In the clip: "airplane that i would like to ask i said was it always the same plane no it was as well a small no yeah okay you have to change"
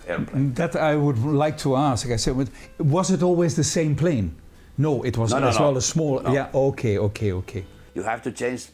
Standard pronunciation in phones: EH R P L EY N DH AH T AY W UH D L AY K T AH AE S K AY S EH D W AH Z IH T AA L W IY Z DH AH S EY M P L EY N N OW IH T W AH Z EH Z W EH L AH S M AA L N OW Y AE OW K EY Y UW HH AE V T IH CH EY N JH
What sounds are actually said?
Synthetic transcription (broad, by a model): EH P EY DH AH T AY W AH D L AY K T AH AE S K AY S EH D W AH Z IH T AA L W IY Z DH AH S EY M P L EY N N OW IH T W AH Z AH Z W EH L AH S M AA L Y OW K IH OW K EY Y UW HH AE F T IH CH EY N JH